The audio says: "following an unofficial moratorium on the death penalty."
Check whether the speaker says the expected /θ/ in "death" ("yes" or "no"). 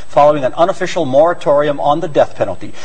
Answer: yes